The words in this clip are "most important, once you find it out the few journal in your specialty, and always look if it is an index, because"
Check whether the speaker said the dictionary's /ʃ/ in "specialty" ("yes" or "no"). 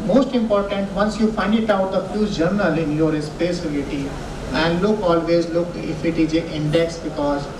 no